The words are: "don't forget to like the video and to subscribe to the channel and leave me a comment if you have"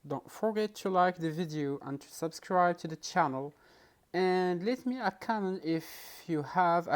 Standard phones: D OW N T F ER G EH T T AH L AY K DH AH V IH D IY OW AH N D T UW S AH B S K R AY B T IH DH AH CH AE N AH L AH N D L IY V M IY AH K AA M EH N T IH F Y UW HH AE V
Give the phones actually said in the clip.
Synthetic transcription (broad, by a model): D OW N T F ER G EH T T AH L AY K DH AH V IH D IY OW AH N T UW S AH B S K R AY B T IH DH AH CH AE N AH L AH N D L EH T M IY AH K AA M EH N IH F Y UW HH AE V